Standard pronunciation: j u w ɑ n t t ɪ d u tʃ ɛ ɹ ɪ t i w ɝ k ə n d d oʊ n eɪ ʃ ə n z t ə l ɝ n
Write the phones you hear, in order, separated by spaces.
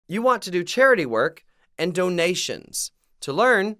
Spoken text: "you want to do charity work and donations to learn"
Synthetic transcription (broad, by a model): j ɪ w ɑ n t t ɪ d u tʃ ɛ ɹ ɪ t i w ɝ k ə n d d oʊ n eɪ ʃ ə n z t ə l ɝ n